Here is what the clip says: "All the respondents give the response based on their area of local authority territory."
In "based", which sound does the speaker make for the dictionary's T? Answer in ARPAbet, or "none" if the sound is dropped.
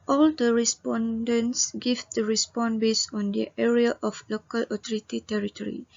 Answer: none